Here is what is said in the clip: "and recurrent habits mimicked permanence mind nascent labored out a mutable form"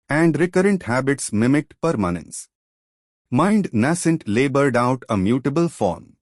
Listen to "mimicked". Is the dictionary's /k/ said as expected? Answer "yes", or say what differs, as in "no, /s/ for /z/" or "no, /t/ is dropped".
no, /k/ is dropped